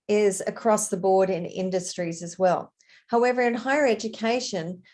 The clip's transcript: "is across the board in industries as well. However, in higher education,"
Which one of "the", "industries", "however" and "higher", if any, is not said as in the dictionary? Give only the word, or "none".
none